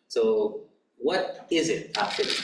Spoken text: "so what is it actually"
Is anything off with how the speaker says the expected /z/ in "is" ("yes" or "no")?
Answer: no